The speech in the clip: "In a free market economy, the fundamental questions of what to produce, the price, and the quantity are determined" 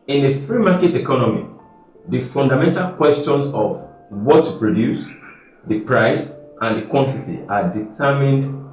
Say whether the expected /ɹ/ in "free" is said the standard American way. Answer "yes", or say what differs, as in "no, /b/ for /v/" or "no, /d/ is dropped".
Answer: yes